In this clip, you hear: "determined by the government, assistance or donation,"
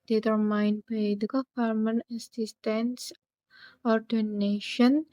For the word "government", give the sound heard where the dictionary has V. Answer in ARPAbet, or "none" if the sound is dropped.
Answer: F